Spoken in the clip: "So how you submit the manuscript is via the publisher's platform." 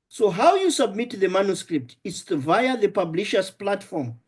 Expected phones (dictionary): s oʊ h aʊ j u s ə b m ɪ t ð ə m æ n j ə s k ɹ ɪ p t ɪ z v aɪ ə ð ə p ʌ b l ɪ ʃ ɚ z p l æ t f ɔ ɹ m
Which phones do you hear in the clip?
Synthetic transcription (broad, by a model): s oʊ h aʊ j u s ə b m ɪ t ð ə m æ n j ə s k ɹ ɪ p t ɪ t v aɪ ə ð ə p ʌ b l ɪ ʃ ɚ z p l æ t f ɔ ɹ m